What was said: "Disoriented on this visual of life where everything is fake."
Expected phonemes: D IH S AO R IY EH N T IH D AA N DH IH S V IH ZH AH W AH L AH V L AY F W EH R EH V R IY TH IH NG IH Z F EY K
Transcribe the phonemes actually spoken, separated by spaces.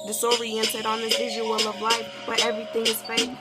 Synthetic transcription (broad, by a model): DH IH S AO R IY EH N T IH D N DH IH V IH ZH AH W AH L AH V L AY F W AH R EH V R IY TH IH NG IH Z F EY